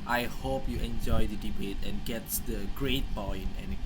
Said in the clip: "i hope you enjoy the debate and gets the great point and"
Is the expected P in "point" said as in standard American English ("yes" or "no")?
no